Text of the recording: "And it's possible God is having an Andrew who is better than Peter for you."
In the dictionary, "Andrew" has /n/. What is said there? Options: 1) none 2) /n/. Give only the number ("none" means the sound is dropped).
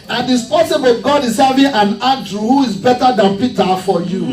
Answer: 1